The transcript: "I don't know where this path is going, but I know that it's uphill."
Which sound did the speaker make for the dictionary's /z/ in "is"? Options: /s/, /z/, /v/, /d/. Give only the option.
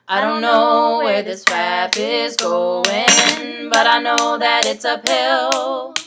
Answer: /z/